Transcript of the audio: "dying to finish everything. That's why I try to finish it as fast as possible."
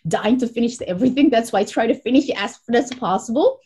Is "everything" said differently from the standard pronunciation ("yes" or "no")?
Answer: no